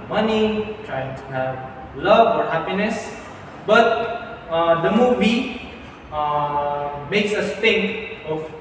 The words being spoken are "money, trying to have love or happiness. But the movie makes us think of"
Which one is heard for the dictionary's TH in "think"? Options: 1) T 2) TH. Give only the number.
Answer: 1